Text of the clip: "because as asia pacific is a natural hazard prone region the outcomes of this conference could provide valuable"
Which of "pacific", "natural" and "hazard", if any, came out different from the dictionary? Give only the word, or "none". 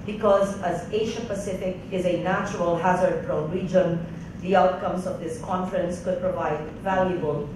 none